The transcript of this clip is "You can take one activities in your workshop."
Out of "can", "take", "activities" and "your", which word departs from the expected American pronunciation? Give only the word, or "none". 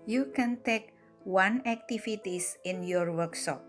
activities